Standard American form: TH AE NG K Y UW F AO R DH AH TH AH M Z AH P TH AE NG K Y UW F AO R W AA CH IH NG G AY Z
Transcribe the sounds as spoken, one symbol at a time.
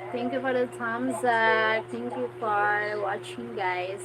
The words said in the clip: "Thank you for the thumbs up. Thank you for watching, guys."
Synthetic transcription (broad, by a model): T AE NG K Y UW F AO R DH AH S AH M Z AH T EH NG K Y UW F AO R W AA CH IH NG G AY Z